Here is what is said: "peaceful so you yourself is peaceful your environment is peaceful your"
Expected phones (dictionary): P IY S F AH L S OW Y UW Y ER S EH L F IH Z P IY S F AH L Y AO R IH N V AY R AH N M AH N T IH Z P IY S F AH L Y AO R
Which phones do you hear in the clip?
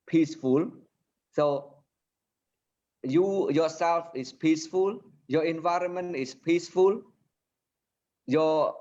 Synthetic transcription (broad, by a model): P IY S F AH L S OW Y UW Y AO S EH L F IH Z P IY S F AH L Y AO IH N V AY R AH N M AH N T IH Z P IY S F AH L Y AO